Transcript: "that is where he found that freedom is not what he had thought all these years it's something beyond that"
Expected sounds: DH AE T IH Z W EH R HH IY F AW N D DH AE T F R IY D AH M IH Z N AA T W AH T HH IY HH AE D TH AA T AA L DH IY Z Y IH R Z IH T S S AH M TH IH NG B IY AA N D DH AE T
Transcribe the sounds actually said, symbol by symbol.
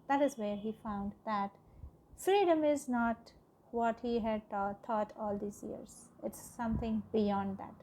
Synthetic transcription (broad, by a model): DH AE T IH Z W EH R HH IY F AW N D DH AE T F R IY D AH M IH Z N AA T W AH T HH IY HH AE D T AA T AA L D IY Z Y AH R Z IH T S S AH M T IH NG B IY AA N D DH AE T